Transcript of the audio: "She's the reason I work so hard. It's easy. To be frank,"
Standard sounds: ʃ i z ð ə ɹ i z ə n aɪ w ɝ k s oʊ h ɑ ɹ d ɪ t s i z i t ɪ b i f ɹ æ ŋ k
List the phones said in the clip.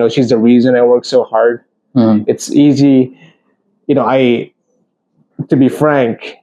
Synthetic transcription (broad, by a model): ʃ i z ð ə ɹ i z ə n aɪ w ɝ k s oʊ h ɑ ɹ d ɪ t s i z i t ɪ b i f ɹ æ ŋ k